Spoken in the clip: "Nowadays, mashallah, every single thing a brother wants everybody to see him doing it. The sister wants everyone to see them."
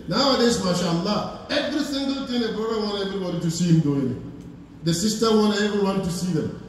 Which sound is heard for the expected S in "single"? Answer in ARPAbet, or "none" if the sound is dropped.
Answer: TH